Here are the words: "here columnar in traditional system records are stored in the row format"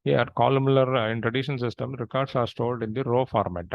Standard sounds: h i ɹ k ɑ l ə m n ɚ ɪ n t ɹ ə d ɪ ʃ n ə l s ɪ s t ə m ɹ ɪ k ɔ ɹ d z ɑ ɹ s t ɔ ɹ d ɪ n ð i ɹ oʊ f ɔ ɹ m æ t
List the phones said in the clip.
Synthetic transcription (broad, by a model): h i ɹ k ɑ l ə m l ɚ ɪ n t ɹ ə d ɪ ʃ ə n s ɪ s t ə m ɹ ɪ k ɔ ɹ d s ɑ ɹ s t ɔ l d ɪ n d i ɹ oʊ f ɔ ɹ m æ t